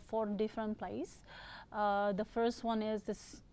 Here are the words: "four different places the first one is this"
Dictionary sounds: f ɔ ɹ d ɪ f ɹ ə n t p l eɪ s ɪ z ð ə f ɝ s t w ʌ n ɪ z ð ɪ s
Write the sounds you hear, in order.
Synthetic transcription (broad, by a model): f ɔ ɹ d ɪ f ɹ ə n t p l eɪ ɪ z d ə f ɝ s t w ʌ n ɪ z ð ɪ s